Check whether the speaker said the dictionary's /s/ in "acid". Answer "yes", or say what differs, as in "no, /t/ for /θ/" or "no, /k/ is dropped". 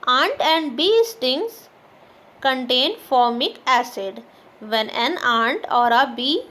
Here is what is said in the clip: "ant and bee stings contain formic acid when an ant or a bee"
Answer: yes